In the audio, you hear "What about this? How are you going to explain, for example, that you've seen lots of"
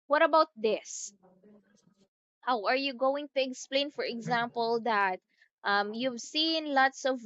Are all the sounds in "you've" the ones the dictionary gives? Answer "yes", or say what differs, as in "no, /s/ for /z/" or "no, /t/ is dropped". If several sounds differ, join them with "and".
yes